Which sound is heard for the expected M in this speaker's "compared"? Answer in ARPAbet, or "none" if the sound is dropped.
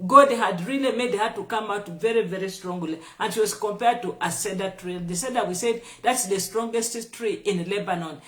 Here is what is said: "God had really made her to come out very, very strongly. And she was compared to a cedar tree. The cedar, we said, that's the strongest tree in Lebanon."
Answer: M